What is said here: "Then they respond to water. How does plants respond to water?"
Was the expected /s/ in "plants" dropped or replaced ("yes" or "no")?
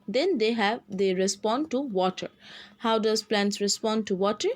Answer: no